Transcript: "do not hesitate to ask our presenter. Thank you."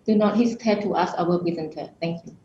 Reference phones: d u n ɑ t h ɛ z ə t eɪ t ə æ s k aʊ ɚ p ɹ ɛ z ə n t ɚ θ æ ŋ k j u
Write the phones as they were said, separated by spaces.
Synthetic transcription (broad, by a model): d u n ɑ t h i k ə t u t ə s aʊ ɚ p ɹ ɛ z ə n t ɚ t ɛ ŋ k j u